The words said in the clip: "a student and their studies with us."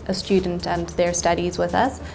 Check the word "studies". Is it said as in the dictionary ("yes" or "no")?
yes